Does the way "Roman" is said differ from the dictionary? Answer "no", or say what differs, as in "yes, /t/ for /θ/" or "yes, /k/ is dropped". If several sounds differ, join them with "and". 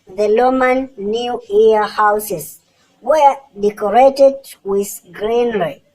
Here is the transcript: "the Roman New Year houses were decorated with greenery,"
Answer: yes, /l/ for /ɹ/